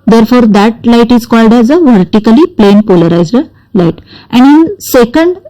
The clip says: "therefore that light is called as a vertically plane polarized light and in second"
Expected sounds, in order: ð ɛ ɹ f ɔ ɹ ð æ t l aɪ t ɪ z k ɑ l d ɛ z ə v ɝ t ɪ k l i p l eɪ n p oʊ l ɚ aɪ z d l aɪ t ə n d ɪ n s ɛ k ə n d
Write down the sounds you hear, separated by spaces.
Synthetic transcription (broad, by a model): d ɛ ɹ f ɔ ɹ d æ t l aɪ t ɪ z k ɑ l d ɛ z ə v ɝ t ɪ k l i p l eɪ n p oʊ l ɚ aɪ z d l aɪ t ə n d ɪ n s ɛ k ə n d